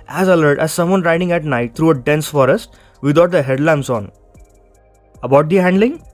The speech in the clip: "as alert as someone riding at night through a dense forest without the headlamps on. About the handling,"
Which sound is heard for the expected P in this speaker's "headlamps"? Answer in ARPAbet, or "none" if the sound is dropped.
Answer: none